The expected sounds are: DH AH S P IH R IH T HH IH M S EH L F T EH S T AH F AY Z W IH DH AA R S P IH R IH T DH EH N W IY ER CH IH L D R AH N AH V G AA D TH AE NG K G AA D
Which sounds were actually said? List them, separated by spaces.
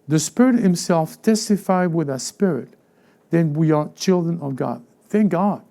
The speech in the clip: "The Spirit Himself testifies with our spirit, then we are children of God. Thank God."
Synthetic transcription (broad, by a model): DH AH S P IH R IH T HH IH M S EH L F T EH S T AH F AY W IH DH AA S P IH R IH T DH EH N W IY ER CH IH L D R AH N AH V G AA D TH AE NG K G AA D